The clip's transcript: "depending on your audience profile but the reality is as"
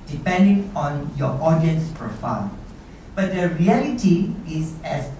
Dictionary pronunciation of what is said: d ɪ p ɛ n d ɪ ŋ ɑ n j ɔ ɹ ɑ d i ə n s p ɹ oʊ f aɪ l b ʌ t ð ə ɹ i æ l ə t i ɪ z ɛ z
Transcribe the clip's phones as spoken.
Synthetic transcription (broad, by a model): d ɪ p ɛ n d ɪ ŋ ɑ n j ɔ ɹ ɑ d i ə n s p ɹ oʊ f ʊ n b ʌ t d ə ɹ i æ l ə t i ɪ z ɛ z